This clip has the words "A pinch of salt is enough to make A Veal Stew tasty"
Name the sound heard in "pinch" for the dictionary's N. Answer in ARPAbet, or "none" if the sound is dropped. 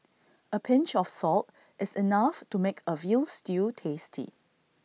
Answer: N